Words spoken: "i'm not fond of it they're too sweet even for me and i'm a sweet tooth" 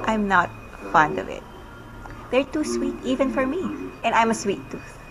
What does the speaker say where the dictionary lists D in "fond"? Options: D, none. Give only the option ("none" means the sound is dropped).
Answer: D